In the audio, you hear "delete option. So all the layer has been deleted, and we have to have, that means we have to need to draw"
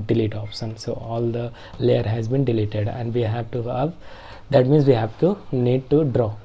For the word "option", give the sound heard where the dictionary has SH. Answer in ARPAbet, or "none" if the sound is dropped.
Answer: S